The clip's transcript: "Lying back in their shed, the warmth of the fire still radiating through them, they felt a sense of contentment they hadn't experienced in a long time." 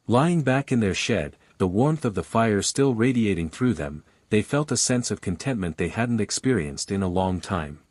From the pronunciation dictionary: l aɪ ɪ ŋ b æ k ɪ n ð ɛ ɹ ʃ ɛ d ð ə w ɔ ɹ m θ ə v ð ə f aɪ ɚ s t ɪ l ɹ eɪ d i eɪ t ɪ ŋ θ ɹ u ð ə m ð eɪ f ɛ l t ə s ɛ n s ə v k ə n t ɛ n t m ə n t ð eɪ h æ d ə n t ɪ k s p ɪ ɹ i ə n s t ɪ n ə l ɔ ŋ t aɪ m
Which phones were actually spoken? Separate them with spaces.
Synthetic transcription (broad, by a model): l aɪ ɪ ŋ b æ k ɪ n ð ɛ ɹ ʃ ɛ d ð ə w ɔ ɹ m θ ə v ð ə f aɪ ɚ s t ɪ l ɹ eɪ d i eɪ t ɪ ŋ θ ɹ u ð ə m ð eɪ f ɛ l t ə s ɛ n s ə v k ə n t ɛ n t m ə n ð eɪ h æ d n t ɪ k s p ɪ ɹ i ə n s t ɪ n ə l ɔ ŋ t aɪ m